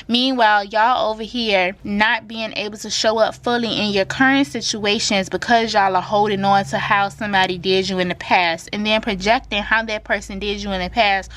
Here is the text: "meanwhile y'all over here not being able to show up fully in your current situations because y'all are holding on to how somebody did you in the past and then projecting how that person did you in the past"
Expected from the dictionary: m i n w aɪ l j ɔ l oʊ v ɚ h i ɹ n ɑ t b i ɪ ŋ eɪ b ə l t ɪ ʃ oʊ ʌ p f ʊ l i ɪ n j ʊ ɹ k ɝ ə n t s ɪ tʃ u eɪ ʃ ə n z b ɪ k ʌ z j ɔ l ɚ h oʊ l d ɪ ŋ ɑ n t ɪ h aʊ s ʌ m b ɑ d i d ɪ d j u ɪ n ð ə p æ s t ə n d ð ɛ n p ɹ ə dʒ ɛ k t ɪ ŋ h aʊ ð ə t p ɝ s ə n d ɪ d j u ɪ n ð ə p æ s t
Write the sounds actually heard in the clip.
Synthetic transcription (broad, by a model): m i n w aɪ l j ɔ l oʊ v ɚ h i ɹ n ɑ t b i ɪ ŋ eɪ b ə l t ɪ ʃ oʊ ʌ p f ʊ l i ɪ n j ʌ ɹ k ɝ ə n t s ɪ tʃ u eɪ ʃ ə n z b ɪ k ʌ z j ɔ l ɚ h oʊ l d ɪ ŋ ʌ n t ɪ h aʊ s ʌ m b ɑ d i d ɪ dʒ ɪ ɪ n ð ə p æ s t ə n ð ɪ n p ɹ ə dʒ ɛ k t ɪ ŋ h aʊ ð ə t p ɝ s ə n d ɪ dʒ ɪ ɪ n ð ə p æ s t